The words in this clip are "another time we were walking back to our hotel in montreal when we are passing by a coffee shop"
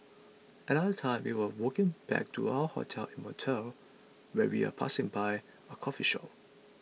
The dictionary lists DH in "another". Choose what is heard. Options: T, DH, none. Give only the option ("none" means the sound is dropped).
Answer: none